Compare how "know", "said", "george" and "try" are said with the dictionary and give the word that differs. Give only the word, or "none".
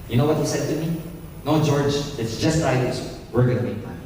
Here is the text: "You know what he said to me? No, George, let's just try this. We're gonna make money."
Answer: try